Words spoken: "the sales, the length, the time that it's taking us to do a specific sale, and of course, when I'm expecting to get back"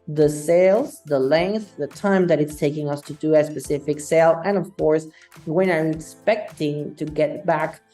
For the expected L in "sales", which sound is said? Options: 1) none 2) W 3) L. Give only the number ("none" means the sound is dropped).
3